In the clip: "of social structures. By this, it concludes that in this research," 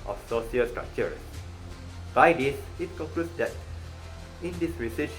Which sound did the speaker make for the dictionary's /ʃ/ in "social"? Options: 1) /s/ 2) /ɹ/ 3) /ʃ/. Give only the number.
1